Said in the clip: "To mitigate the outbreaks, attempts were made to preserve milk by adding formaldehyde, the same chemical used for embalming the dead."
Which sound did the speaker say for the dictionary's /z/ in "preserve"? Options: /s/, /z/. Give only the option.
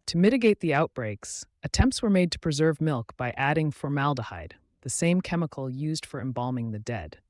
/z/